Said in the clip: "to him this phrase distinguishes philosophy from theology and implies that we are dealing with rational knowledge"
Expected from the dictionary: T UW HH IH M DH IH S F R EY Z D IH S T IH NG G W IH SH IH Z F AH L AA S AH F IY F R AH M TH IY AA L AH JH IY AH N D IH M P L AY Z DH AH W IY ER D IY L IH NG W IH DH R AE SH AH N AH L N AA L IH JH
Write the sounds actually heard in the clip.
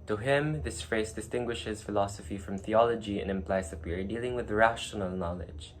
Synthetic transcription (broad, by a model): T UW HH IH M DH IH S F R EY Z D IH S T IH NG G W IH SH IH Z F AH L AA S AH F IY F R AH M TH IY AA L AH JH IY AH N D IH M P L AY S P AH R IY D IY L IH NG W IH DH R AE SH AH N AH L N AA L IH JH